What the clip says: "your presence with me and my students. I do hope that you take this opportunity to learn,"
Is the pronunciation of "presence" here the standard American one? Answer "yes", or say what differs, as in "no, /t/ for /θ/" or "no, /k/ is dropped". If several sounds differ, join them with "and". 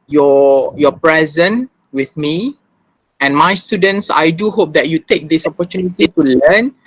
no, /s/ is dropped